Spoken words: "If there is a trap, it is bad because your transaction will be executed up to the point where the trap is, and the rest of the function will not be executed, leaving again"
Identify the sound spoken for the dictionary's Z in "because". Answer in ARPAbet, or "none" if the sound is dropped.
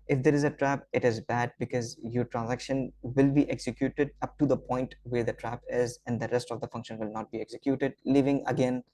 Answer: Z